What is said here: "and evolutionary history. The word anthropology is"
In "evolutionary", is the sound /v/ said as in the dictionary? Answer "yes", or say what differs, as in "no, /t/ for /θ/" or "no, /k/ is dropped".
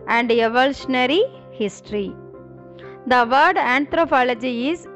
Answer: yes